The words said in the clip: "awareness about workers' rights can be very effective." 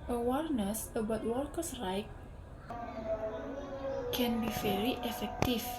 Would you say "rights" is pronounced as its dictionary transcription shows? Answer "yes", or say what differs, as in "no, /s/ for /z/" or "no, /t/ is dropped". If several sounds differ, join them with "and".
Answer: no, /s/ is dropped